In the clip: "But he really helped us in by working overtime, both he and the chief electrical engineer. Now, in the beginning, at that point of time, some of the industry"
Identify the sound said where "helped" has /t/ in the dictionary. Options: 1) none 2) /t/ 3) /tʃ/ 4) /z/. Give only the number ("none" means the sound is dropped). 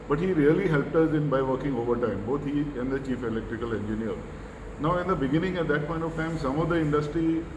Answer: 2